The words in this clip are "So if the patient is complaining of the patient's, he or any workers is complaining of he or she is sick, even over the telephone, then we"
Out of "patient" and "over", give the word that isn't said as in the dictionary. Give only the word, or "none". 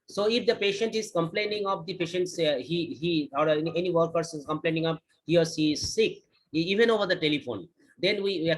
none